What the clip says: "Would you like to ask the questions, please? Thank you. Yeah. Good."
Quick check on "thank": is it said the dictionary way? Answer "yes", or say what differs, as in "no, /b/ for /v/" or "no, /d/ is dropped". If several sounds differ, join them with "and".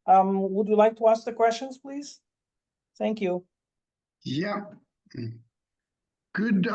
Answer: yes